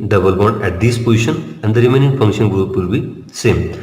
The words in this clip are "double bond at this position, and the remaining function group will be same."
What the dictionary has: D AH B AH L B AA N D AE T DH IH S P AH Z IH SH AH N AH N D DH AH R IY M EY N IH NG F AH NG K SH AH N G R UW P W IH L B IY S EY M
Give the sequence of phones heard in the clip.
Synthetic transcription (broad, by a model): D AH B AH L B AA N AE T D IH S P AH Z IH SH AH N AH N D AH R IY M EY N IH NG F AH NG K SH AH N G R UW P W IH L B IY S EY M